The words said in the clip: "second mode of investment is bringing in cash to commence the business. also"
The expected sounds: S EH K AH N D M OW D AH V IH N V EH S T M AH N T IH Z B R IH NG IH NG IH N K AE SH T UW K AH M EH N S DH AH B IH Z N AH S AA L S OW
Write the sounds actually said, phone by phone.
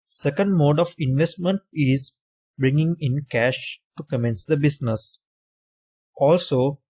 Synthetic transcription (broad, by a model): S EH K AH N D M OW D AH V IH N V EH S T M AH N T IH Z B R IH NG IH NG IH N K AE SH T UW K AH M EH N S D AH B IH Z N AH S AA L S OW